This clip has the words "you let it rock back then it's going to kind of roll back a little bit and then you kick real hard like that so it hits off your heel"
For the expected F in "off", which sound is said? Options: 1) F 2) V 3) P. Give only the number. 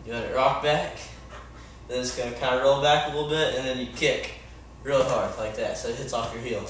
1